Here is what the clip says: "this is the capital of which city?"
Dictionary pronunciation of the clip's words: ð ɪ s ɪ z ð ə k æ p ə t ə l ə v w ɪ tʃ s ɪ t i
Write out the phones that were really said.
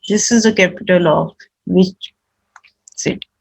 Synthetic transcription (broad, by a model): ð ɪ s ɪ z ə k æ p ə t ə l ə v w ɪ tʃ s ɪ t